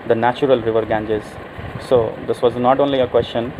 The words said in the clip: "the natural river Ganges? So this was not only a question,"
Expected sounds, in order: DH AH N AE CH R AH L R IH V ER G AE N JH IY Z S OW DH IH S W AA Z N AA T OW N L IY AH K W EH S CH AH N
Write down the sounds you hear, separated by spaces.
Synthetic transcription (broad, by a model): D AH N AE CH R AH L R IH V ER G AE N JH IY Z S OW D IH S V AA Z N AA T OW N L IY AH K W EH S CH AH N